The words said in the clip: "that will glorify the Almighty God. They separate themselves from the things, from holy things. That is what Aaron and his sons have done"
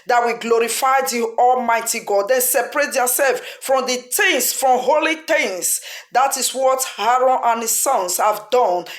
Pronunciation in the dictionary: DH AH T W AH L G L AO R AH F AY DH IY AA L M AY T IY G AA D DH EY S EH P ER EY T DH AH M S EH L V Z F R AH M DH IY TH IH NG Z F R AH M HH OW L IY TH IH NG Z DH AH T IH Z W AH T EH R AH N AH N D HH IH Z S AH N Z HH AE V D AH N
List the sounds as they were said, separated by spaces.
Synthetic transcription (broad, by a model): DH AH T W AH G L AO R AH F AY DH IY AA L M AY T IY G AA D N S EH P ER EY T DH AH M S EH L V F R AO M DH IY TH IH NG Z F R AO M HH OW L IY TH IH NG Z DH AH T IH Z W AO T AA R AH N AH N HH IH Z S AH N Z HH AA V D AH N